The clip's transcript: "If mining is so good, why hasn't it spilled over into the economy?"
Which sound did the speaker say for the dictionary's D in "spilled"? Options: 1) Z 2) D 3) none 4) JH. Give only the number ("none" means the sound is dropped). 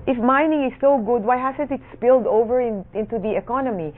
2